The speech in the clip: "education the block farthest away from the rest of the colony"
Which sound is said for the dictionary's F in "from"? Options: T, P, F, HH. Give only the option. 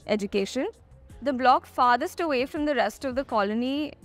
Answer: F